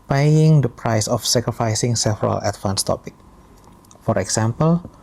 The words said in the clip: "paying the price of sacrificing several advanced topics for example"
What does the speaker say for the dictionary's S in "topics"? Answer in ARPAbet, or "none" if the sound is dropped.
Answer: none